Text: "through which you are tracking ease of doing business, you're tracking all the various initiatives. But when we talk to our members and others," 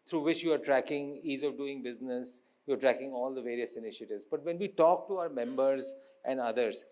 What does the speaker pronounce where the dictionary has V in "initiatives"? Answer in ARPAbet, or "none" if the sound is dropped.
V